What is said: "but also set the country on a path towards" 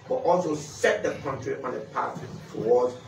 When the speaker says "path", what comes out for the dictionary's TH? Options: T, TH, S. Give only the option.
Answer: T